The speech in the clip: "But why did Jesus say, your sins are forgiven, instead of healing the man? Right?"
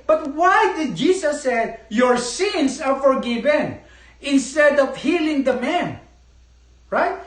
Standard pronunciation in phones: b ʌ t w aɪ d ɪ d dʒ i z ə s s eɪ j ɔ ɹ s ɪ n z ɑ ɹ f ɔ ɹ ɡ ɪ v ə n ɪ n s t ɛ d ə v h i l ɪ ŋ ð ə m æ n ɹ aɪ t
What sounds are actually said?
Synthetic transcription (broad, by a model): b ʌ t w aɪ d ɪ d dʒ i s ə s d j ɔ ɹ s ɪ n s ɑ ɹ f ɔ ɹ ɡ ɪ v ə n ɪ n s t ɛ d ə v h i l ɪ ŋ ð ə m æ n ɹ aɪ t